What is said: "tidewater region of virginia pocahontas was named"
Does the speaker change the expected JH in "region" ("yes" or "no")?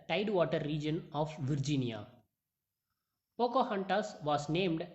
no